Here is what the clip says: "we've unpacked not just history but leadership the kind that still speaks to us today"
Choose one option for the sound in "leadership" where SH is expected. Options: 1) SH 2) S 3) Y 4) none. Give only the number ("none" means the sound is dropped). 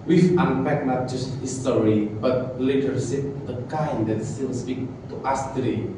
2